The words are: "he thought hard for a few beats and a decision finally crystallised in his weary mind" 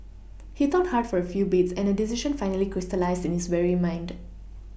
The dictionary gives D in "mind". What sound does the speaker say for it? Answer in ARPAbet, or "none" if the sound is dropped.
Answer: D